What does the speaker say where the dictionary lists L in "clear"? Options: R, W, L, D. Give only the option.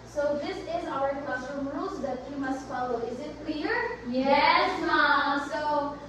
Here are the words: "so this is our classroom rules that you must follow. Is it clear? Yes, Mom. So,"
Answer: W